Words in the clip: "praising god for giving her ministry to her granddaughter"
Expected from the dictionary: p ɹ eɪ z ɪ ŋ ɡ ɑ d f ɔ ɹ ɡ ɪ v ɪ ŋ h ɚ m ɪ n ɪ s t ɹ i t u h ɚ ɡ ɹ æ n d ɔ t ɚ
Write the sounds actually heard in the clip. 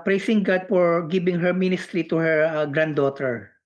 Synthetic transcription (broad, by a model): p ɹ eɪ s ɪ ŋ ɡ ɑ d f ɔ ɹ ɡ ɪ b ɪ ŋ h ɚ m ɪ n ɪ s t ɹ i t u h ɚ ɡ ɹ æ n d ɔ t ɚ